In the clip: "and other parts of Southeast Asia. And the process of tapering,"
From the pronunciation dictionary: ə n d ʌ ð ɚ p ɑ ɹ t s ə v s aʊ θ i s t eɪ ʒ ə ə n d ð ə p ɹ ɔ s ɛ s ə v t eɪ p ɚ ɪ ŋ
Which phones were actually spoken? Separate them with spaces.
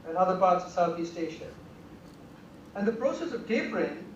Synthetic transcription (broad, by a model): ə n ʌ ð ɚ p ɑ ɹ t s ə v s aʊ θ i s t eɪ ʃ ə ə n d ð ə p ɹ ɔ s ɛ s ə v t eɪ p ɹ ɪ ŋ